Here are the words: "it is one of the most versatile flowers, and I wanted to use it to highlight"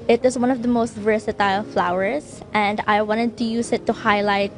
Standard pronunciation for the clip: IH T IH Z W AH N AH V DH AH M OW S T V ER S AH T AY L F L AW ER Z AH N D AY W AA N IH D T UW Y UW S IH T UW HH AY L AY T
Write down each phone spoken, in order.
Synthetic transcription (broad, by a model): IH T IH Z W AH N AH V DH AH M OW S T V ER S AH T AY L F L AW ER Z AH N D AY W AA N IH D T UW Y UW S IH T UW HH AY L AY T